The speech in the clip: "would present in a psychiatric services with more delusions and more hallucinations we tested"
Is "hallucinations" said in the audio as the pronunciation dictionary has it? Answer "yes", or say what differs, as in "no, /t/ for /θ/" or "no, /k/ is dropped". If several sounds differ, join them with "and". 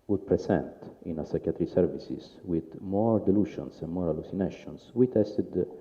no, /s/ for /z/